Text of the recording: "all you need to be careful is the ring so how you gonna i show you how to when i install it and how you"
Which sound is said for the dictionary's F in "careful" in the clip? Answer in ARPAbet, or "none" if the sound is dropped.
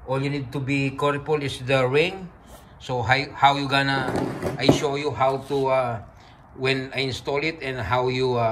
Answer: P